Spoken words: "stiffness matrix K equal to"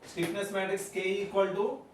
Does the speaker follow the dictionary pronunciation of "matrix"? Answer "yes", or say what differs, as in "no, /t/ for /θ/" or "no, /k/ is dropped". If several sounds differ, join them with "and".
no, /ɹ/ is dropped